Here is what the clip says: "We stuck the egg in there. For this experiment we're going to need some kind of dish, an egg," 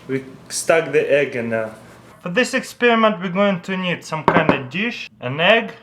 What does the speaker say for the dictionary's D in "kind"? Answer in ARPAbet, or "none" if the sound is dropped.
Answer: D